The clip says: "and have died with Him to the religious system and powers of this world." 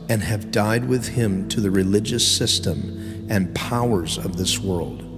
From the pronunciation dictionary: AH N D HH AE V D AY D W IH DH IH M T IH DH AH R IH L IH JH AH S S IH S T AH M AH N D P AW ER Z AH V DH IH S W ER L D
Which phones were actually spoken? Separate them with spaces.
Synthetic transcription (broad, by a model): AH N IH V D AY D W IH DH IH M T IH DH AH R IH L IH JH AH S S IH S T AH M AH N P AW ER Z AH V DH IH S W ER L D